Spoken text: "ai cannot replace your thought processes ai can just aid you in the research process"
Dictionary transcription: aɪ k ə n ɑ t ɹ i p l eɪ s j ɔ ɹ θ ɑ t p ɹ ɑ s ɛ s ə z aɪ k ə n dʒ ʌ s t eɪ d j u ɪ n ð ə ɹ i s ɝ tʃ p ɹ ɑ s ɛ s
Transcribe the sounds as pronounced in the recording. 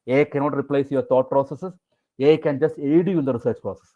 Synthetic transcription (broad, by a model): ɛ k ə n ɑ t ɹ i p l eɪ s j ɔ ɹ t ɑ t p ɹ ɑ s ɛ s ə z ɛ k ə n dʒ ʌ s t eɪ d j u ɪ n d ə ɹ i s ɝ tʃ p ɹ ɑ s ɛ s